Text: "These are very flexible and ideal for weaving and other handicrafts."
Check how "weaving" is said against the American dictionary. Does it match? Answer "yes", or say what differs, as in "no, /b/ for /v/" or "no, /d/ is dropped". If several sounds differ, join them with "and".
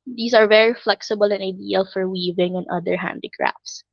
yes